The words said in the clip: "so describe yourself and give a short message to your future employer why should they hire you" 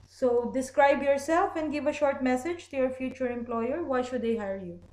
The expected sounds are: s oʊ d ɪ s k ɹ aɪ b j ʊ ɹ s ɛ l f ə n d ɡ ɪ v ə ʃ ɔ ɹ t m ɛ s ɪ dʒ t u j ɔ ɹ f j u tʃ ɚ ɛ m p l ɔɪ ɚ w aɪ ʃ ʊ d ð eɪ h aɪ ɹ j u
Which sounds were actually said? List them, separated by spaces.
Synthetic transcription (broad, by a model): s oʊ d ɪ s k ɹ aɪ b j ʊ ɹ s ɛ l f ə n d ɡ ɪ v ə ʃ ɔ ɹ t m ɛ s ɪ dʒ t u j ɔ ɹ f j u tʃ ɚ ɛ m p l ɔɪ ɚ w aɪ ʃ ʊ d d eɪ h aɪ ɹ j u